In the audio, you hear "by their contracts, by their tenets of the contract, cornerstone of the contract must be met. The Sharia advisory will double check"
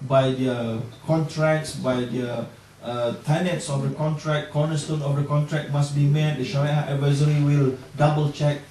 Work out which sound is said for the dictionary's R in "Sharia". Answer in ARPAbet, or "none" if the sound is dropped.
W